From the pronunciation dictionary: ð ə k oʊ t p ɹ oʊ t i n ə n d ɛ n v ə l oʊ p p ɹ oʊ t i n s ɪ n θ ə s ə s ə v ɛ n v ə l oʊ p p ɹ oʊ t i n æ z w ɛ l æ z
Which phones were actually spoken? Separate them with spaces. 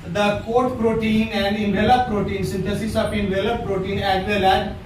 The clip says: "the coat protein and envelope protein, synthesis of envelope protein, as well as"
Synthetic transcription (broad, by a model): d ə k oʊ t p ɹ oʊ t i n ə n d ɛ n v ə l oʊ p p ɹ oʊ t i n s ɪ n t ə s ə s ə p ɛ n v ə l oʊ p p ɹ oʊ t i n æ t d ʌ l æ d